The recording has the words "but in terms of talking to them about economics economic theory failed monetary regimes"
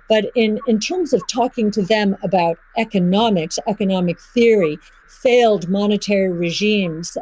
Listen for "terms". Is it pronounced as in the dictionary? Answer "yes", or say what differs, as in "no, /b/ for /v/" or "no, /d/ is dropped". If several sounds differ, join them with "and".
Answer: yes